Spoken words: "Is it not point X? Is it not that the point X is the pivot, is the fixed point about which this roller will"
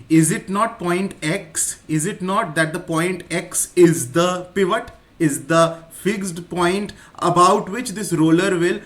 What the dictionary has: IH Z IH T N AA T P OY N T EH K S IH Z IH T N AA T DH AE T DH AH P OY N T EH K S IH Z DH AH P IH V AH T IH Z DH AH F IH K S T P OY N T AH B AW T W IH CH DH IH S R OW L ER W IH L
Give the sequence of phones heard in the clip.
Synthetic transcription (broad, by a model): IH Z IH T N AA T P OY N T EH K S IH Z IH T N AA T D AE T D AH P OY N T EH K S IH Z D AH P IH V AH T IH Z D AH F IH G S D P OY N T AH B AW T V IH CH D IH S R OW L ER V IH L